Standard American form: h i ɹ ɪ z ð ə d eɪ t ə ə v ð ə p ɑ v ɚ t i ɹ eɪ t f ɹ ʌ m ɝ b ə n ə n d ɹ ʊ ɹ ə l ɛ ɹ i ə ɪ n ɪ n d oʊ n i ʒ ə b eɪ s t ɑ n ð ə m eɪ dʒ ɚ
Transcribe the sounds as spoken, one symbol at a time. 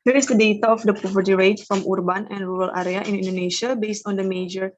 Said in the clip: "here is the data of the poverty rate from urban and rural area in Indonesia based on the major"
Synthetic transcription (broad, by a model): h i ɹ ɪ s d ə d eɪ t ə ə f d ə p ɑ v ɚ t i ɹ eɪ t f ɹ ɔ m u b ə n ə n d ɹ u ɹ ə l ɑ ɹ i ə ɪ n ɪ n d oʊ n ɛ ʃ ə b eɪ s t ɑ n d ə m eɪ dʒ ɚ